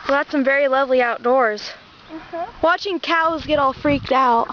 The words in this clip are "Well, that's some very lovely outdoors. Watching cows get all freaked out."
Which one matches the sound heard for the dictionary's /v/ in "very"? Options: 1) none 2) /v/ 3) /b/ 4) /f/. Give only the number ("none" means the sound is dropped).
2